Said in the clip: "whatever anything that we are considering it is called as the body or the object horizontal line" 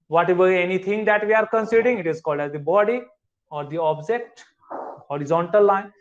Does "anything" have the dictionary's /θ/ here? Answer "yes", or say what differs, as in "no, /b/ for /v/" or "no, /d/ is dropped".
no, /t/ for /θ/